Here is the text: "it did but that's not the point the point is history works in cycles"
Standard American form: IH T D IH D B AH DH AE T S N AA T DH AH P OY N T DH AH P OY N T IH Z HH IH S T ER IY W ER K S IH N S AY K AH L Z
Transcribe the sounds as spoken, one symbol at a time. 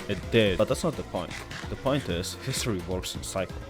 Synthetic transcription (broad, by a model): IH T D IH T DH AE T S N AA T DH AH P OY N T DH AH P OY N T IH Z HH IH S T ER IY W ER K S IH N S AY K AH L